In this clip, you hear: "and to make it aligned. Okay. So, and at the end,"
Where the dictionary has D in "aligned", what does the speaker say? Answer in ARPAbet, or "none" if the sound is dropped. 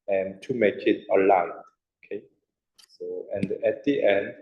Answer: none